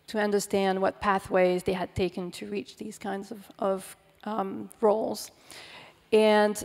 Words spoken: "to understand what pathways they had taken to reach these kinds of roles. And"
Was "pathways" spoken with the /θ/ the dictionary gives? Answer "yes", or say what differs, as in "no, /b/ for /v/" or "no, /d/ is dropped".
yes